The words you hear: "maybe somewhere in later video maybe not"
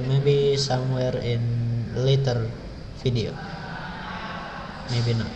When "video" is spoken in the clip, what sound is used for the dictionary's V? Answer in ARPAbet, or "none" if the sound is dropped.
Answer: F